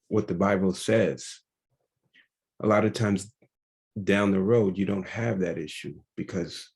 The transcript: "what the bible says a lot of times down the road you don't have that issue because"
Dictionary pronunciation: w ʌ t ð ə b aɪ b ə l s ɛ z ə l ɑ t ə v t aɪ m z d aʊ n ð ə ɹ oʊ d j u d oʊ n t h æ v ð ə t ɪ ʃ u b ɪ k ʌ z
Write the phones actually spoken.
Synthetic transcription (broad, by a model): w ʌ t ð ə b aɪ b l s ɛ z ə l ɑ t ə v t aɪ m z d aʊ n ð ə ɹ oʊ d j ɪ d oʊ n t h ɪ v ð ə t ɪ ʃ u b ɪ k ʌ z